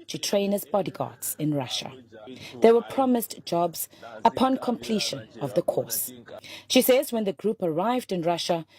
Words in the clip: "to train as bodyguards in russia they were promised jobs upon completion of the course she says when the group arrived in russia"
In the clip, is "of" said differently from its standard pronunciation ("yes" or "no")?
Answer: no